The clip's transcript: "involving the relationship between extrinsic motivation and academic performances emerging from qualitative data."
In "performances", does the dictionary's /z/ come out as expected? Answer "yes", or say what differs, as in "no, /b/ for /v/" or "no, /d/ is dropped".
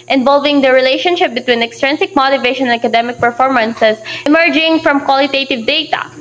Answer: no, /s/ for /z/